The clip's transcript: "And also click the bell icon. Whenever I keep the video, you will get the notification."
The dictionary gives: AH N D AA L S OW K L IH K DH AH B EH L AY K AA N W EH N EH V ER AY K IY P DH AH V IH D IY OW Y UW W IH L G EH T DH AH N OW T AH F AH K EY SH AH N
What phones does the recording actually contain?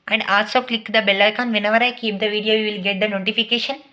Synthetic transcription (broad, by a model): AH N D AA S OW K L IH K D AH B EH L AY K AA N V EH N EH V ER AY K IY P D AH V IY D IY OW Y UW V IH L G EH T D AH N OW T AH F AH K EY SH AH N